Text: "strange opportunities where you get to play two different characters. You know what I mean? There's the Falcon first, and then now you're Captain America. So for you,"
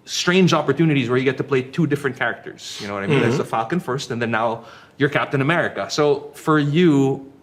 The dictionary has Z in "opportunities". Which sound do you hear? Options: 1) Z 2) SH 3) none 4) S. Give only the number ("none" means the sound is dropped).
1